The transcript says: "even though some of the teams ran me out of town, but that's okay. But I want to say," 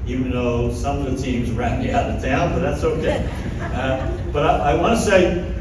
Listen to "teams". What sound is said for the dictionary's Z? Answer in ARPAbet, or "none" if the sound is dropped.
Z